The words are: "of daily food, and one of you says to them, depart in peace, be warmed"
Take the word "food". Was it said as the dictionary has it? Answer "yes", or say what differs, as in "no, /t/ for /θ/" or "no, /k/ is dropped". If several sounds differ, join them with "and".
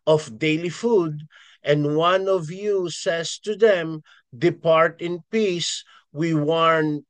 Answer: yes